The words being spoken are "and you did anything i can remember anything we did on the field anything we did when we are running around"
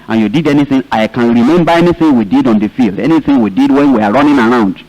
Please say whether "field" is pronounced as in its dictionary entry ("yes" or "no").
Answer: yes